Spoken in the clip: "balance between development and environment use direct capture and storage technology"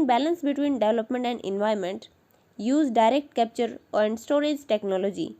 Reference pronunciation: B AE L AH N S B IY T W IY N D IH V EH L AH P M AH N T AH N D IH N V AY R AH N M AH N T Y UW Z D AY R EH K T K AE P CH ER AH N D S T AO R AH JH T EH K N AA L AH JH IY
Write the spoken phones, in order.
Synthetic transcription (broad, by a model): B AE L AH N S B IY T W IY N D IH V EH L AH P M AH N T AH N D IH N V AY AH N M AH N T Y UW Z D AY R EH K T K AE P CH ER AH N D S T AO R AH JH T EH K N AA L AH JH IY